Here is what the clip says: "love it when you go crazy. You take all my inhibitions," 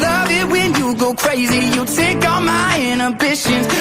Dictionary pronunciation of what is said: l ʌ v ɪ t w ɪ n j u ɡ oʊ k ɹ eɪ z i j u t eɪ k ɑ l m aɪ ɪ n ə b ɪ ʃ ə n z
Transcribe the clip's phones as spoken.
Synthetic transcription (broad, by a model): l ʌ v ɪ t w ɪ n j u ɡ oʊ k ɹ eɪ z i j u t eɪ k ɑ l m aɪ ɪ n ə b ɪ ʃ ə n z